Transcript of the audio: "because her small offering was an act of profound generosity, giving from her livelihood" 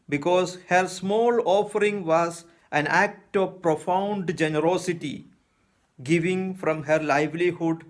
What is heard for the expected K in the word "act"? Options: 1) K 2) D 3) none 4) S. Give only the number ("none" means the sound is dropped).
1